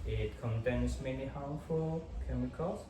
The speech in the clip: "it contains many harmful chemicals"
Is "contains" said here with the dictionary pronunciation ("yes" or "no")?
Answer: no